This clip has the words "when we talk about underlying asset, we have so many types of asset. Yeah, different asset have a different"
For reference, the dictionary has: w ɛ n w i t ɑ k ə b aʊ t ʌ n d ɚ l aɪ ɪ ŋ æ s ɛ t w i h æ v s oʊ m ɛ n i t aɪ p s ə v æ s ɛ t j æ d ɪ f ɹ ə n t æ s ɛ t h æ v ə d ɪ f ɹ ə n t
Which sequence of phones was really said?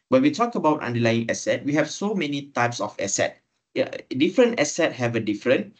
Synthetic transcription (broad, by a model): w ɛ n w i t ɑ k ə b aʊ t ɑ n d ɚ l aɪ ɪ ŋ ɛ s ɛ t w i h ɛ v s oʊ m ɛ n i t aɪ p s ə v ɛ s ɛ t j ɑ d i f ɹ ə n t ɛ s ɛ t h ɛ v ə d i f ɹ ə n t